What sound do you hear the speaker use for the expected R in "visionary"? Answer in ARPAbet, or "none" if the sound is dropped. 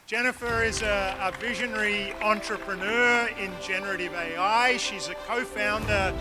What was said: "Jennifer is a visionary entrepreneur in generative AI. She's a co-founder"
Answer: R